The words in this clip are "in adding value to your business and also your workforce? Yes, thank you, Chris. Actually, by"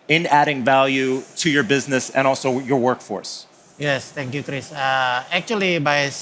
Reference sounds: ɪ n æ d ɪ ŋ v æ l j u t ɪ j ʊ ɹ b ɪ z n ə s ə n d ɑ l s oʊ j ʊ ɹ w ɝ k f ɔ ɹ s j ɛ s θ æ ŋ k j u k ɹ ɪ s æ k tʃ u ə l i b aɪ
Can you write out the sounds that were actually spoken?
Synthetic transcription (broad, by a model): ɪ n æ d ɪ ŋ v æ l j u t ɪ j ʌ ɹ b ɪ z n ə s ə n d ɑ l s oʊ j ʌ ɹ w ɝ k f ɔ ɹ s j ɛ s t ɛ ŋ k j u k ɹ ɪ s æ k tʃ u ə l i b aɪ